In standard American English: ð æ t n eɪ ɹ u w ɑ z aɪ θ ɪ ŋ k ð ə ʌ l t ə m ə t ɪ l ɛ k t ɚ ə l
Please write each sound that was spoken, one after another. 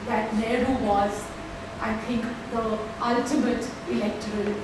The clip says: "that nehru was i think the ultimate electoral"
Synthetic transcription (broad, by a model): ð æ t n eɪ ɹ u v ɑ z aɪ t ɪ ŋ k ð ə ʌ l t ə m ə t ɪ l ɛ k t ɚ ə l